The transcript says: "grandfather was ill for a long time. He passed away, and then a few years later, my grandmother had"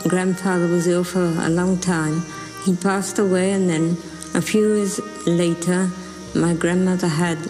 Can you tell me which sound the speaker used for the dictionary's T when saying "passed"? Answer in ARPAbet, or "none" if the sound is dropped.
T